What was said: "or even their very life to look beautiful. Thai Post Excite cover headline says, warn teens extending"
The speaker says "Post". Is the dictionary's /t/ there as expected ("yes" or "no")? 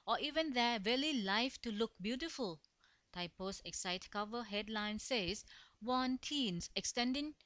no